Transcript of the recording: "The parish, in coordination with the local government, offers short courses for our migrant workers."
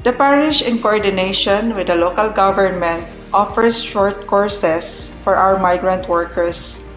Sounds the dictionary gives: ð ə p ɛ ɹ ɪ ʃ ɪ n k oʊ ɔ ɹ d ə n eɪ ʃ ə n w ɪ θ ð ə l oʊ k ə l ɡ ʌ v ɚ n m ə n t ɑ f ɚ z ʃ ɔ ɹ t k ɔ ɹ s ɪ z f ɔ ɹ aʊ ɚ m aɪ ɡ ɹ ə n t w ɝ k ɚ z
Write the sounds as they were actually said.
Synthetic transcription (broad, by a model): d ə p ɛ ɹ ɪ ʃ ɪ n k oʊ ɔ ɹ d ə n eɪ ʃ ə n w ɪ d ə l oʊ k ə l ɡ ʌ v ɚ n m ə n t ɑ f ɚ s ʃ ɔ ɹ t k ɔ ɹ s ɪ s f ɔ ɹ aʊ ɚ m aɪ ɡ ɹ ə n t w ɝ k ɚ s